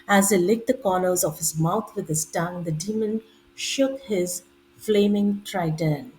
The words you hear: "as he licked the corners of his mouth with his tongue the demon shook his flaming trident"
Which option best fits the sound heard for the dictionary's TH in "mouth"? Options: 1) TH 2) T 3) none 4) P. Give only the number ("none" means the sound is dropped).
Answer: 2